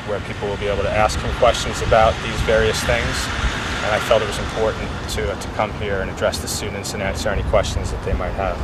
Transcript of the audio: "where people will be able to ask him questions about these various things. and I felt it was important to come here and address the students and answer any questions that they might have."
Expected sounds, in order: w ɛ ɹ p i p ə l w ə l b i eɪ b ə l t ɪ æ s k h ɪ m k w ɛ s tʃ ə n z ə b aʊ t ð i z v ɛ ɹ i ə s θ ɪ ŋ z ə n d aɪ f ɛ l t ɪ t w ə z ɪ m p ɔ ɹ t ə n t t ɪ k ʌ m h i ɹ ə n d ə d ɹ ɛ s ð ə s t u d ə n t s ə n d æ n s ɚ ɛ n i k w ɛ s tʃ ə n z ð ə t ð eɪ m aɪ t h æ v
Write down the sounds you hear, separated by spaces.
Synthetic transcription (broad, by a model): w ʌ ɹ p i p l w ə l b i eɪ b l t ɪ æ s k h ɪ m k w ɛ s tʃ ə n z ə b aʊ t ð i z v ɛ ɹ i ə s θ ɪ ŋ z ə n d aɪ f ɛ l t ɪ t w ə z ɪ m p ɔ ɹ t n t t ɪ k ʌ m h i ɹ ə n ə d ɹ ɛ s ð ə s t u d n t s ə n æ n s ɚ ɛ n i k w ɛ s tʃ ə n z ð ə t ð eɪ m aɪ t h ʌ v